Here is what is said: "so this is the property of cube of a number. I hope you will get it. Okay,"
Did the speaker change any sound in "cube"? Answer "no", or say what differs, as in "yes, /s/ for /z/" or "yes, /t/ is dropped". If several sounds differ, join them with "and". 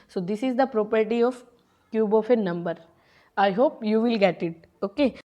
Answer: no